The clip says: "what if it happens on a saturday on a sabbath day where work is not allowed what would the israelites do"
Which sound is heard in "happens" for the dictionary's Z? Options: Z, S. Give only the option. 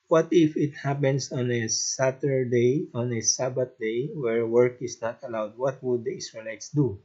S